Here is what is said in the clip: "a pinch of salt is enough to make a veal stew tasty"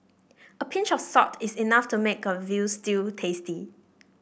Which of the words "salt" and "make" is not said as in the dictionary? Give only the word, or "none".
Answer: salt